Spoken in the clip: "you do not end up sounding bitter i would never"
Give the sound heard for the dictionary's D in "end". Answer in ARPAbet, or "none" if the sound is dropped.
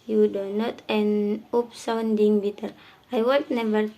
none